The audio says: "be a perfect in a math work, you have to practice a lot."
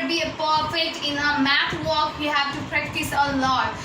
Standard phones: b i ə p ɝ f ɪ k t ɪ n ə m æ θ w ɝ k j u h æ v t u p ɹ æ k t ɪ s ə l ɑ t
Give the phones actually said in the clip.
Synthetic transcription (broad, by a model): b i ə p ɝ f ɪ t ɪ n ə m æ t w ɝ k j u h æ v t u p ɹ æ k t ɪ s ə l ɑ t